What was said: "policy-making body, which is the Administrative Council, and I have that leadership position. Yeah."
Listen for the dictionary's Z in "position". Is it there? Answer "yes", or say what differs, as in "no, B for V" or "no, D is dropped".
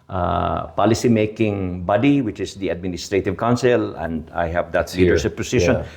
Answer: no, S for Z